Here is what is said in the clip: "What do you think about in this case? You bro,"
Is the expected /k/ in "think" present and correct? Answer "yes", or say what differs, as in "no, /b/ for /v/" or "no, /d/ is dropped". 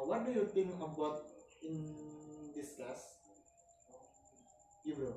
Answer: no, /k/ is dropped